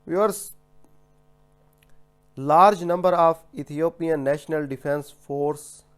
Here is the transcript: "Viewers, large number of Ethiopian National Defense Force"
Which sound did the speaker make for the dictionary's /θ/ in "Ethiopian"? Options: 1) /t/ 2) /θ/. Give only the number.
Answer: 1